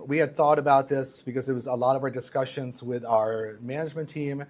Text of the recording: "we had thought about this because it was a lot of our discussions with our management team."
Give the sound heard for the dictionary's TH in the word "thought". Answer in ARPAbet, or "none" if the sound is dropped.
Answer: TH